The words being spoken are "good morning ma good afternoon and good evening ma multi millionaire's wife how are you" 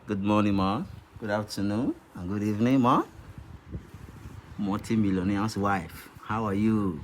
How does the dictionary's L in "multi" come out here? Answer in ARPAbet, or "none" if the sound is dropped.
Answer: none